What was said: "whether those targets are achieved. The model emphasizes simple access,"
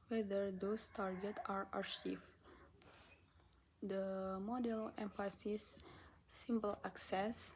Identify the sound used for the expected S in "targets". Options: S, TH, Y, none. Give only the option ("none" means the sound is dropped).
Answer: none